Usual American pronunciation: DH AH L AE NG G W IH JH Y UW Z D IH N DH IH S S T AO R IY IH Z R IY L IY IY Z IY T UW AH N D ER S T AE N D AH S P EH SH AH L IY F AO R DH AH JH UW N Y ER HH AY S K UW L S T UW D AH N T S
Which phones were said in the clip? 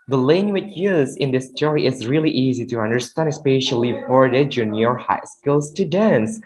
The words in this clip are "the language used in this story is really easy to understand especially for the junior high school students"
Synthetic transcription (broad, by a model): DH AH L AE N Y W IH CH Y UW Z IH N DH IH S S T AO R IY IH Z R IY L IY IY Z IY T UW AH N D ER S T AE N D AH S P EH SH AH L IY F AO R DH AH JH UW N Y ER HH AY S K UW L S T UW D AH N S